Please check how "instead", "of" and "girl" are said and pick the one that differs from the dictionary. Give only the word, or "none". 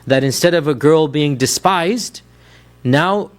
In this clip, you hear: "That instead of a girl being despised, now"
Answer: none